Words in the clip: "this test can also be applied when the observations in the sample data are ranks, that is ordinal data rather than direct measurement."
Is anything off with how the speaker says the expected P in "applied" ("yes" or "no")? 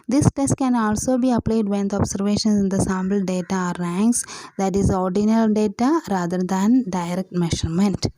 no